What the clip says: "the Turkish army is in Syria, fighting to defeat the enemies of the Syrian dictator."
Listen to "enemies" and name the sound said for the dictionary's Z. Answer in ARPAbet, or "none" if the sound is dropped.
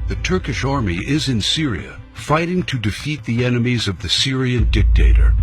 Z